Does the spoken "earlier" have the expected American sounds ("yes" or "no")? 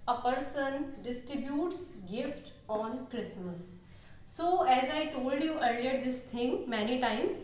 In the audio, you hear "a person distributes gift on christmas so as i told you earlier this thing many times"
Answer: yes